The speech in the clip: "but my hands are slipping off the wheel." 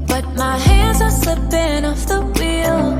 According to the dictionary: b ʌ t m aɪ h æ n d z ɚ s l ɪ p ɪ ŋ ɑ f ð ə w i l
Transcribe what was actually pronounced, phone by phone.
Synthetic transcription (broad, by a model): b ʌ t m aɪ h æ n d z ɚ s l ɪ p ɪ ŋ ɑ f ð ə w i l